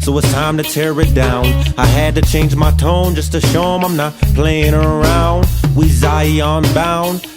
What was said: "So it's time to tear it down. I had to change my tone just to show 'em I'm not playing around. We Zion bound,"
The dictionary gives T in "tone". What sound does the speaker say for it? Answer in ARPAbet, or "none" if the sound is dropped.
T